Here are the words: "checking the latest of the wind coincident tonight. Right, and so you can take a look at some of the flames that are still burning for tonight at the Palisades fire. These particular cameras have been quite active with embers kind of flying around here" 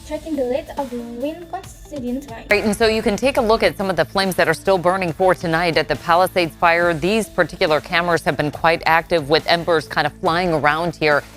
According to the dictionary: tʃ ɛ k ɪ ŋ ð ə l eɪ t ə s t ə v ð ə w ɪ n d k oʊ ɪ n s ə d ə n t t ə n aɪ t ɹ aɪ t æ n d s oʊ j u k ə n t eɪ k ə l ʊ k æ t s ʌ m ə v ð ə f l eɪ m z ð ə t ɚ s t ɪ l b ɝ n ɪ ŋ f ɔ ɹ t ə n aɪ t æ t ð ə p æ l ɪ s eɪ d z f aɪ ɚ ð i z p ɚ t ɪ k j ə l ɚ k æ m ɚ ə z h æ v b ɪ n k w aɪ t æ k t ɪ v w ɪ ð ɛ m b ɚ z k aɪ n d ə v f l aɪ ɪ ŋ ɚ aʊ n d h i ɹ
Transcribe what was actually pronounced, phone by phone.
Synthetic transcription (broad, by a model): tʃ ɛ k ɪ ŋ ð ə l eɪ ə t ə v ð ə w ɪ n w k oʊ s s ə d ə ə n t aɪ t n s oʊ j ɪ k ə n t eɪ k ə l ʊ k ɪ t s ʌ m ə v ð ə f l eɪ m z ð ə t ɚ s t ɪ l b ɝ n ɪ ŋ f ɔ ɹ t ə n aɪ t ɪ t ð ə p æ l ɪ s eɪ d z f aɪ ɚ ð i z p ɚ t ɪ k j l ɚ k æ m ɚ ə z h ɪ v b ɪ n k w aɪ t æ k t ɪ v w ɪ ð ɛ m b ɚ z k aɪ n d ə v f l aɪ ɪ ŋ ɚ aʊ n d h i ɹ